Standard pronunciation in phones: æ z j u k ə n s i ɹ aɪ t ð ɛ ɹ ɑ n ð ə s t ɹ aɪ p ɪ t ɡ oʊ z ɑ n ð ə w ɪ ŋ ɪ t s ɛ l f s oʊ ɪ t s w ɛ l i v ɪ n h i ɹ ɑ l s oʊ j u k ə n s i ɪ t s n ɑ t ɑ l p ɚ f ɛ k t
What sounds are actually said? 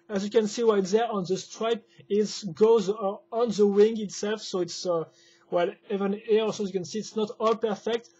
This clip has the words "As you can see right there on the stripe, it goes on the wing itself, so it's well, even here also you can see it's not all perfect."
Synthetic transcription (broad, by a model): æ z j u k ə n s i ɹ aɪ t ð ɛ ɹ ɑ n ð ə s t ɹ aɪ p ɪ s ɡ oʊ z ɑ n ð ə w ɪ ŋ ɪ t s ɛ l f s oʊ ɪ t s w ɛ l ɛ v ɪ n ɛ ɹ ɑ s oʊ j u k ə n s i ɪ t s n ɑ t ɑ l p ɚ f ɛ k t